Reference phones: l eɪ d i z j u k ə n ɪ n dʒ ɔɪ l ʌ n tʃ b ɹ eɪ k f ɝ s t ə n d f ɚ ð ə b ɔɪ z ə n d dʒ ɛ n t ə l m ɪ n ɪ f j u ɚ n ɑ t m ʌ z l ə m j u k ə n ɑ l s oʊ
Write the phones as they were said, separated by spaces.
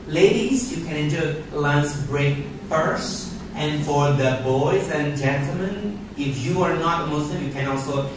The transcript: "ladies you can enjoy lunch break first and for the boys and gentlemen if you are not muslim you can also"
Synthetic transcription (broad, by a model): l eɪ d i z j u k ə n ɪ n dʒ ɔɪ l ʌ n s b ɹ eɪ k f ɝ s t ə n f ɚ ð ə b ɔɪ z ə n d dʒ ɛ n t ə l m ɪ n ɪ f j u ɚ n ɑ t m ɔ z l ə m j u k ə n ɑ l s oʊ